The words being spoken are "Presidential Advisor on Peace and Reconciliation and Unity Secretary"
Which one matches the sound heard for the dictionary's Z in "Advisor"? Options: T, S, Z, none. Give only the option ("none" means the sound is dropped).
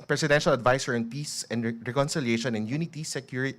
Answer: S